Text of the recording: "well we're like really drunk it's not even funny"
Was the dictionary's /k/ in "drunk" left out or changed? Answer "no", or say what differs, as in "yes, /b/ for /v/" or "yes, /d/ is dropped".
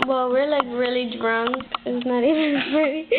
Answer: yes, /k/ is dropped